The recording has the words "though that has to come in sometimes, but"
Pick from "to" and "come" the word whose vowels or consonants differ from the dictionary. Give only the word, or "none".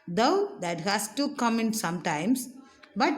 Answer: none